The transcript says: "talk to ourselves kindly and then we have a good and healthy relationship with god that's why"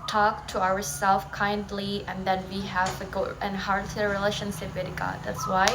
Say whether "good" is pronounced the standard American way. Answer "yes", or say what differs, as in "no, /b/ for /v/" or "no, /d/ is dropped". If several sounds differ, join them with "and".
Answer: no, /d/ is dropped